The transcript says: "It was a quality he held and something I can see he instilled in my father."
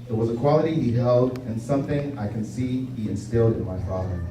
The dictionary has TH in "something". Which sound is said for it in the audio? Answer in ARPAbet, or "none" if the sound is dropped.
TH